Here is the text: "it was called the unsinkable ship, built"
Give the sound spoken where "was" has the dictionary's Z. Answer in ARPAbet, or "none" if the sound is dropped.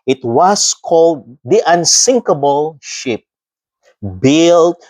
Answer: S